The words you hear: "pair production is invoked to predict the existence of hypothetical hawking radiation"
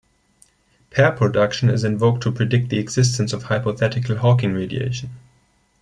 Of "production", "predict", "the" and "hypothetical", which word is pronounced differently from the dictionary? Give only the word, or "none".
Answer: none